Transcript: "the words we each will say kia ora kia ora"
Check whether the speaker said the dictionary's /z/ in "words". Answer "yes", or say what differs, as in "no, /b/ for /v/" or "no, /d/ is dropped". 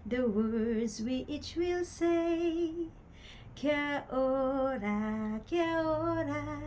yes